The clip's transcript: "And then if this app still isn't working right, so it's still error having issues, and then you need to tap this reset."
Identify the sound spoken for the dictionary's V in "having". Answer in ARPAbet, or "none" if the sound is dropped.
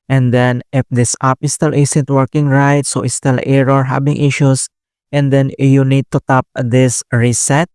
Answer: B